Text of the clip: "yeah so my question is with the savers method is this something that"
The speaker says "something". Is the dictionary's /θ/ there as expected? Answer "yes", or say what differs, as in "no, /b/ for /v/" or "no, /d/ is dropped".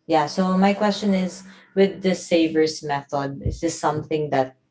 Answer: yes